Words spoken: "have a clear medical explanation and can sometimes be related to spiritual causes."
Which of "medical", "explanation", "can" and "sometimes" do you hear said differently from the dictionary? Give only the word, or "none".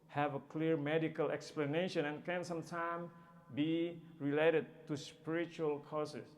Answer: sometimes